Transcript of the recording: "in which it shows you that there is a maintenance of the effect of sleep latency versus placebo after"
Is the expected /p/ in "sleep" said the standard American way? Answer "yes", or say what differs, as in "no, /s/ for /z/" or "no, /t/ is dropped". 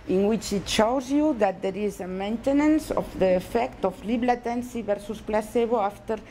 no, /b/ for /p/